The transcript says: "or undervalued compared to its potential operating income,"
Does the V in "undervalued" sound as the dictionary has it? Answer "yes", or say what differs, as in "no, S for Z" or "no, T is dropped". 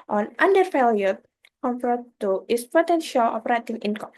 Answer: no, F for V